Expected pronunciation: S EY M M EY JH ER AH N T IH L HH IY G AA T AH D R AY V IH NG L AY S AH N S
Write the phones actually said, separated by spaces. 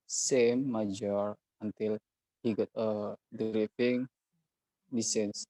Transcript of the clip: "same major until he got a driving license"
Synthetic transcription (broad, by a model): S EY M M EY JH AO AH N T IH L HH IY G AA T AH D R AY F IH NG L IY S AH N S